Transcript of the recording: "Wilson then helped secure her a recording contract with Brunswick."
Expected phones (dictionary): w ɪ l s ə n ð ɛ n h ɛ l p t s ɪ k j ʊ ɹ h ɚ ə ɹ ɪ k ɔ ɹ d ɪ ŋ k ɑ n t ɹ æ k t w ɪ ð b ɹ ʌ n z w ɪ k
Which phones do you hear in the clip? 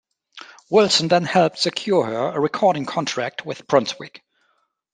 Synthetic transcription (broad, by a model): w ɪ l s ə n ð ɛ n h ɛ l p t s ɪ k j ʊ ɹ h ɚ ə ɹ ɪ k ɔ ɹ d ɪ ŋ k ɑ n t ɹ æ k t w ɪ ð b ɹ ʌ n s w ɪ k